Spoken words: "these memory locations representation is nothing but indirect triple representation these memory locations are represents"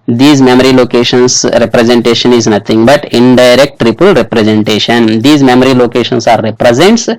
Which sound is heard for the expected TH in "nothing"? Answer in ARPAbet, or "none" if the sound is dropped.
T